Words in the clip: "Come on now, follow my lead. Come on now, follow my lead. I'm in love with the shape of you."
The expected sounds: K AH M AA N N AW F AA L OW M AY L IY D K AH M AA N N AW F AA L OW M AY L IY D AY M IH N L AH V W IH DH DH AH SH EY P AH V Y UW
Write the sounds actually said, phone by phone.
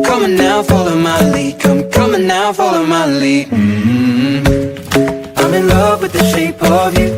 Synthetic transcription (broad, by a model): K AH M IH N N AW F AA L OW M AY L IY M K AH M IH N N AW F AA L OW M AY L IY AY M IH N L AH V W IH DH DH AH SH EY P AH V Y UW